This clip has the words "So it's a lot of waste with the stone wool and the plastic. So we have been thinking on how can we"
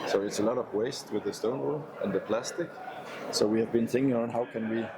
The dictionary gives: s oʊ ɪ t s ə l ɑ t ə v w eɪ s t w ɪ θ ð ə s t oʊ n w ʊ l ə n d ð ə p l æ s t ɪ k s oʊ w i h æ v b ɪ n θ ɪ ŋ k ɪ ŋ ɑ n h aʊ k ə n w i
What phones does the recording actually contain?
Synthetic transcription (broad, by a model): s oʊ ɪ t s ə l ɑ t ə v w eɪ s t w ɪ ð ə s t oʊ n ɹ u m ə n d ð ə p l æ s t ɪ k s oʊ w i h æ v b ɪ n θ ɪ ŋ k ɪ ŋ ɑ n h aʊ k ə n w i